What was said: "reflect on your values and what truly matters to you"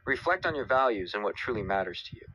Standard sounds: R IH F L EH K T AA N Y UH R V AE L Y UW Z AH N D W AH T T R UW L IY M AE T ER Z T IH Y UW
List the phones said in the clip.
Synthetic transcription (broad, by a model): R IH F L EH K T N Y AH R V AE L Y UW Z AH N W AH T T R UW L IY M AE T ER Z T IH Y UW